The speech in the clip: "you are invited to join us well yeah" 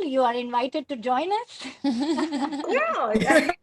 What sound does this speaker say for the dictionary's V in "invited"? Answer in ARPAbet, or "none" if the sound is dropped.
V